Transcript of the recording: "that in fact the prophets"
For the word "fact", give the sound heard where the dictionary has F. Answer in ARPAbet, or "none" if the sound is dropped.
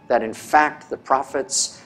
F